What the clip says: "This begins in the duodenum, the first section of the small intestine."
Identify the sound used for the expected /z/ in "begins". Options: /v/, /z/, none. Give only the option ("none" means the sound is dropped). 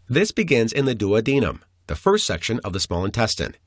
/z/